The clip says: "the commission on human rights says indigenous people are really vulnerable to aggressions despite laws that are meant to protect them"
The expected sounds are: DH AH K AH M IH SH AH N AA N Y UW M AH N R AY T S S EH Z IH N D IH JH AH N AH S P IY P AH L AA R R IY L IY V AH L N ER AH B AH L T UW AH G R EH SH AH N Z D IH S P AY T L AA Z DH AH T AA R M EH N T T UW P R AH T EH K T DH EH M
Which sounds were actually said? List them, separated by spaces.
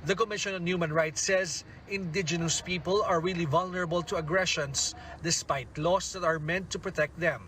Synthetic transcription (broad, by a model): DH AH K AH M IH SH AH N AA N Y UW M AH N R AY T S S EH Z IH N D IH JH AH N AH S P IY P AH L AA R R IY L IY V AH L N ER AH B AH L T UW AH G R EH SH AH N S D IH S P AY T L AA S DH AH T AA R M EH N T T UW P R AH T EH K T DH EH M